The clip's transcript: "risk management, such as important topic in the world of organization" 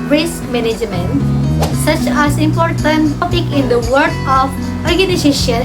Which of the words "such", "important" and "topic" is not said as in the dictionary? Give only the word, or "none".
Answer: none